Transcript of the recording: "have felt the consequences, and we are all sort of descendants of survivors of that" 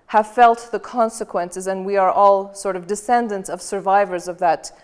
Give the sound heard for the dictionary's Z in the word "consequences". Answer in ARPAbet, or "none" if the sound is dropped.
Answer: Z